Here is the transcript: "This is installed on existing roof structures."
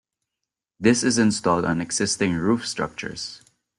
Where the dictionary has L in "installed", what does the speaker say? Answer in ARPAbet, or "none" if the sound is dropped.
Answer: L